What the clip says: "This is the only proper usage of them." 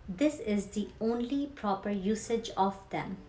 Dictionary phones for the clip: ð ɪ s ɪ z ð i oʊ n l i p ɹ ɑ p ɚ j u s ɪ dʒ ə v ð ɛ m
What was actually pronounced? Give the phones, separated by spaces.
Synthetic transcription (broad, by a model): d ɪ s ɪ z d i oʊ n l i p ɹ ɑ p ɚ j u s ɪ dʒ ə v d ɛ m